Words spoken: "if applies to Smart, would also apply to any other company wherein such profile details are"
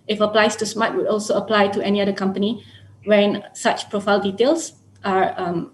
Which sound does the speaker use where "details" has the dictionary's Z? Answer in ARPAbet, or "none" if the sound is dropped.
S